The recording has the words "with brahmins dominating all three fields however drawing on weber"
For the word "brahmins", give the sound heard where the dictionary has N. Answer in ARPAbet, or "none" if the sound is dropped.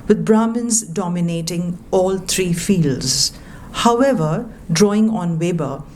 N